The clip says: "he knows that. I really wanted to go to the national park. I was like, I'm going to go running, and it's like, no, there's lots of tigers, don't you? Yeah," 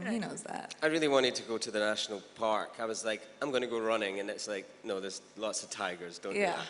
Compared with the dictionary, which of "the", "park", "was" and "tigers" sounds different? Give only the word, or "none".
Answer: none